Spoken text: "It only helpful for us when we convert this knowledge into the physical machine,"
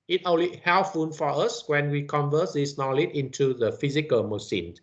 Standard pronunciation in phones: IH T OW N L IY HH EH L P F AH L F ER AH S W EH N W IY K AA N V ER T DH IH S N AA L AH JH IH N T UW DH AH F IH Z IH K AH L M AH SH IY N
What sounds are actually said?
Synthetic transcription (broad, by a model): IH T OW L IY HH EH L F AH N F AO AH S W EH N W IY K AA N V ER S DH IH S N AA L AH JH IH N T UW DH AH F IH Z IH K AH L M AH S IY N